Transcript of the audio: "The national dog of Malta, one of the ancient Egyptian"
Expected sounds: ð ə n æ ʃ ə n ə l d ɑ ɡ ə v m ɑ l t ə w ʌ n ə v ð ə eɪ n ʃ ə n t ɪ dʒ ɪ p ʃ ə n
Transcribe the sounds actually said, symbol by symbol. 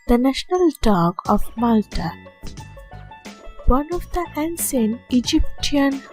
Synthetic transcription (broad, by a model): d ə n æ ʃ ə n ə l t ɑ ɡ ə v m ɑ l t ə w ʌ n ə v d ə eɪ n s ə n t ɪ dʒ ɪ p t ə n